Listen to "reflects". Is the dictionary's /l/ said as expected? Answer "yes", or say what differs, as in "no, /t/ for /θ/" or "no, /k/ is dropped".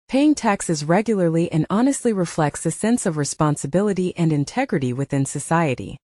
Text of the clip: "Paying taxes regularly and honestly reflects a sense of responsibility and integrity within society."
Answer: yes